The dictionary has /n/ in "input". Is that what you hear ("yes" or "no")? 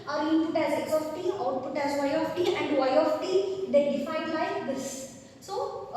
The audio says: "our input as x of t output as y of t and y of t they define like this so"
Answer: no